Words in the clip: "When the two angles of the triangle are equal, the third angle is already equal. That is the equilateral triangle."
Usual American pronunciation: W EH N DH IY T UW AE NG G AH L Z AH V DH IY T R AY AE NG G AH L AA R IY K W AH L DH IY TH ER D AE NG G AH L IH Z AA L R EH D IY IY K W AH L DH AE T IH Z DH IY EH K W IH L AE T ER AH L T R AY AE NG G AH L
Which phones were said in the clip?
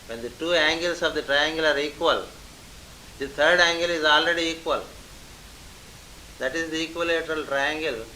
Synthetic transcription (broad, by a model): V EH N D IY T UW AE NG G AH L S AH V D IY T R AY AE NG G AH L AA R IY K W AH L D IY T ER D AE NG G AH L IH Z AA L R EH D IY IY K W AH L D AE T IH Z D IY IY K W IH L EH T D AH L T R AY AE NG G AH L